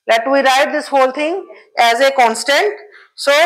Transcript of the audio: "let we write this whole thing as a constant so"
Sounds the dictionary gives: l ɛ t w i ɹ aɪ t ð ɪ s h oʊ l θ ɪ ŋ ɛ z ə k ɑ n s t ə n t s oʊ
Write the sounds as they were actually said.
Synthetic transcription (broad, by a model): l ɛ t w i ɹ aɪ t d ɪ s h oʊ l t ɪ ŋ ɛ z ə k ɑ n s t ə n t s oʊ